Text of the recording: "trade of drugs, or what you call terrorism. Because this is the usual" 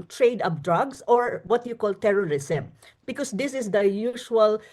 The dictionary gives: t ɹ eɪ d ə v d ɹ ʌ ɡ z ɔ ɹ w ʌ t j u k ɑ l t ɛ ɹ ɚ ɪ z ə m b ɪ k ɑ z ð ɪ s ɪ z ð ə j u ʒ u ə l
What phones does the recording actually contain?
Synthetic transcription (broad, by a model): t ɹ eɪ d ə p d ɹ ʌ ɡ s ɔ ɹ w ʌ t j u k ɑ l t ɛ ɹ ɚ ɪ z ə m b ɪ k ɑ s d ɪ s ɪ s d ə j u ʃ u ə l